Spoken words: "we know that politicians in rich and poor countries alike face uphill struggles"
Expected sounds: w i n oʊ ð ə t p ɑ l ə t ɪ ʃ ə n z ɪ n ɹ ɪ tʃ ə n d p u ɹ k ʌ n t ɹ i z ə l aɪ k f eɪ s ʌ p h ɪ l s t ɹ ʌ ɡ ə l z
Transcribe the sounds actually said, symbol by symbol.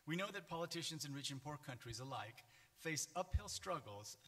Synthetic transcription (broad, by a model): w i n oʊ ð ə t p ɑ l ə t ɪ ʃ ə n z ɪ n ɹ ɪ tʃ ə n p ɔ ɹ k ʌ n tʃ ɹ i z ə l aɪ k f eɪ s ʌ p h ɪ l s t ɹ ʌ ɡ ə l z